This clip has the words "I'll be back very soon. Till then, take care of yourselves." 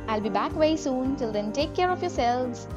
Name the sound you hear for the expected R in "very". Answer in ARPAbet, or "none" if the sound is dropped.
none